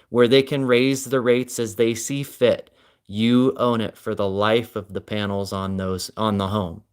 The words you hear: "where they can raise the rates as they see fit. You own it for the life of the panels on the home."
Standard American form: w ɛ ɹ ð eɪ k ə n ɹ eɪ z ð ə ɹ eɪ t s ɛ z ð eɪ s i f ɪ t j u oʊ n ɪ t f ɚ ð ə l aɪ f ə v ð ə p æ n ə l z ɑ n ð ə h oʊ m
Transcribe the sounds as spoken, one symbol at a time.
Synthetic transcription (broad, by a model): w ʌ ɹ ð eɪ k ə n ɹ eɪ z ð ə ɹ eɪ t s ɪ z ð eɪ s i f ɪ t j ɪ oʊ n ɪ t f ɚ ð ə l aɪ f ə v ð ə p æ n l z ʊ n ð ə h oʊ m